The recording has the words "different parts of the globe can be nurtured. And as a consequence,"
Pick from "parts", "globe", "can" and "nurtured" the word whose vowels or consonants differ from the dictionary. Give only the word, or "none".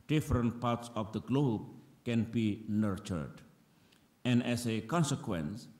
none